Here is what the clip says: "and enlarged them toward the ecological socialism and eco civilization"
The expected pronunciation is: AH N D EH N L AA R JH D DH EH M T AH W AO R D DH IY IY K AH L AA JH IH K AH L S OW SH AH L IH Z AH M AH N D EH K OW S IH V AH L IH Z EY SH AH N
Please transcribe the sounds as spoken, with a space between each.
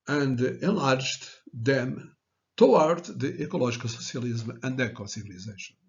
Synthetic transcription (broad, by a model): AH N D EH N L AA R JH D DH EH M T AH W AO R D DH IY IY K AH L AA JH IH K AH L S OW S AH L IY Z M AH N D EH K OW S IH V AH L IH Z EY SH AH N